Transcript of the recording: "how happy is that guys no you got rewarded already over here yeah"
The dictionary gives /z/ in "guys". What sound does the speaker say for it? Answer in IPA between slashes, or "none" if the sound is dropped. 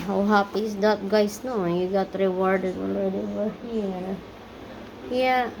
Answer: /s/